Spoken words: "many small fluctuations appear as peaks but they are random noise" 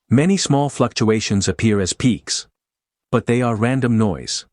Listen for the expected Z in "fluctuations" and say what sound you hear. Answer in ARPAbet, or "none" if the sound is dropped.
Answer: Z